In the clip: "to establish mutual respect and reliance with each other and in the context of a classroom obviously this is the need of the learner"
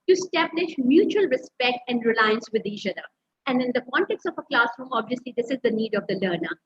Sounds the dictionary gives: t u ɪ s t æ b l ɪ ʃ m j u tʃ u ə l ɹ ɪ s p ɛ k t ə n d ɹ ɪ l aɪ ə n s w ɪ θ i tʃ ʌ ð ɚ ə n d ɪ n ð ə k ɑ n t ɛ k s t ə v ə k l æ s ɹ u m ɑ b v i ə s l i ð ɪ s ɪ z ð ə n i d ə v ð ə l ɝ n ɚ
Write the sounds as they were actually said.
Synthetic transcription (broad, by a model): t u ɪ s t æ b l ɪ ʃ m j u tʃ u ə l ɹ ɪ s p ɛ k t ə n d ɹ ɪ l aɪ ə n s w ɪ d i tʃ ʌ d ɚ ə n d ɪ n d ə k ɑ n t ɛ k s t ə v ə k l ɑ s ɹ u m ɑ b v i ə s l i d ɪ s ɪ z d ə n i d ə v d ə l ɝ n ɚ